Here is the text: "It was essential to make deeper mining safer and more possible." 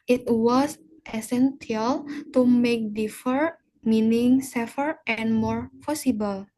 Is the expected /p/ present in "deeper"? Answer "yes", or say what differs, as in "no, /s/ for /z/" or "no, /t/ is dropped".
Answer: no, /f/ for /p/